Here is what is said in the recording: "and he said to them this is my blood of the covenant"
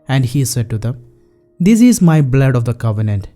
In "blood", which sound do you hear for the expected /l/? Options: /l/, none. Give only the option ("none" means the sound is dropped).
/l/